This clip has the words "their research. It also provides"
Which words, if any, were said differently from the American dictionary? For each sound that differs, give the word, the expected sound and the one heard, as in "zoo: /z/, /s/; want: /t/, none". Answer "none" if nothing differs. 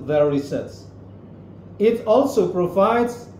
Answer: research: /tʃ/, /s/